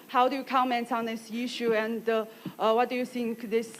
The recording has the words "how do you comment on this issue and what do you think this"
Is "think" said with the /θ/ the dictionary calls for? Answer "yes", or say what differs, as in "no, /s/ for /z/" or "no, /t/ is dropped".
no, /s/ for /θ/